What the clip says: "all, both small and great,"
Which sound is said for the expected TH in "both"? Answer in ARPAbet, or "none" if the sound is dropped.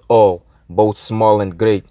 TH